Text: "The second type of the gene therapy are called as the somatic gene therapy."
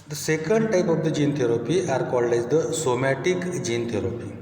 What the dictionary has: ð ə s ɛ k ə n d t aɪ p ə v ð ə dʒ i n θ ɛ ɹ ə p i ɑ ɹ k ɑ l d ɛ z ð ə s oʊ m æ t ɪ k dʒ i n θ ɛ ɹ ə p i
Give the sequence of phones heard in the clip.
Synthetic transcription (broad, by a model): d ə s ɛ k ə n d t aɪ p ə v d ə dʒ i n t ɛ ɹ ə p i ɑ ɹ k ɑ l ɛ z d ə s oʊ m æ t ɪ k dʒ i n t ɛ ɹ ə p i